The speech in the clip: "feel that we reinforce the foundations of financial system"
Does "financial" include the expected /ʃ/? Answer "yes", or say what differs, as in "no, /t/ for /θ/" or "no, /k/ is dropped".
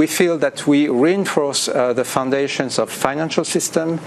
yes